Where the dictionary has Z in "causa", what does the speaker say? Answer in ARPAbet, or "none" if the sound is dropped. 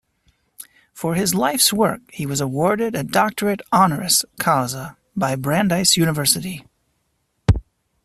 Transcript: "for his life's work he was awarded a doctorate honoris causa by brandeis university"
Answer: Z